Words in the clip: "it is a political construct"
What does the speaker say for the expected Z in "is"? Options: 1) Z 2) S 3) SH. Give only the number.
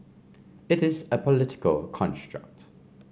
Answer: 1